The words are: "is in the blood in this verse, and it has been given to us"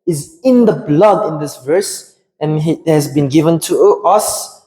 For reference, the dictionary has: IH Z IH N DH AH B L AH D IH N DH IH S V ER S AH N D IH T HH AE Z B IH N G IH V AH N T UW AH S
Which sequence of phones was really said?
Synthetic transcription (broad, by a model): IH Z IH N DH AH B L AH D IH N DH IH S V ER S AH N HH IH T HH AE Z B IH N G IH V AH N T UW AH S